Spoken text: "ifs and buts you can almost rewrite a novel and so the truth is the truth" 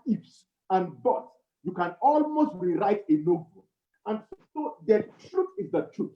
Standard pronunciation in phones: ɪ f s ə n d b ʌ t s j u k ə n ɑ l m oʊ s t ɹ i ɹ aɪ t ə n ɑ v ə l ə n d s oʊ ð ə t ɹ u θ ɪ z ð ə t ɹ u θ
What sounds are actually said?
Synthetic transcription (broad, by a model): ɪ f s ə n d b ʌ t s j u k ə n ɑ l m oʊ s t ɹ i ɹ aɪ t ə n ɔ b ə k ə n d s oʊ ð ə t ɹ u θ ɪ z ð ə t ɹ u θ